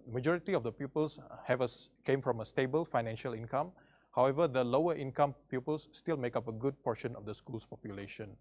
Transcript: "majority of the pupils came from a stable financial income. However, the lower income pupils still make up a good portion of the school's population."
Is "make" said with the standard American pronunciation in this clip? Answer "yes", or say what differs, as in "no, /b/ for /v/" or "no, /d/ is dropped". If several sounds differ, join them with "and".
yes